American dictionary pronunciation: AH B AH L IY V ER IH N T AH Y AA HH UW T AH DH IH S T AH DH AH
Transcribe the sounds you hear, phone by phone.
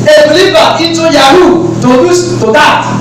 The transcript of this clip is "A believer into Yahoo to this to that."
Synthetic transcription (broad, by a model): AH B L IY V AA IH T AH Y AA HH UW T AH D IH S T AH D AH